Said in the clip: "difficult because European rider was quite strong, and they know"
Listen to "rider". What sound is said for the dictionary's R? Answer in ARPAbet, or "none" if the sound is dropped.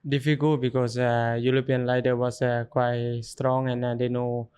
L